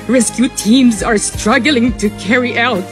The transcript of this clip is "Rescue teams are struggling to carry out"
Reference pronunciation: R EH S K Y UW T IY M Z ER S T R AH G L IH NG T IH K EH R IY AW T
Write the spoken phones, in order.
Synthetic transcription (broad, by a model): R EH S K Y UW T IY M Z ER S T R AH G L IH NG T IH K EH R IY AW T